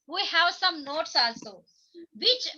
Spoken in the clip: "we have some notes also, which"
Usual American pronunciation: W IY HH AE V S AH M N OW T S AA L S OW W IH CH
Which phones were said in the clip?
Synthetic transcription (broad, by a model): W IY HH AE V S AH M N OW T S AA L S OW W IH CH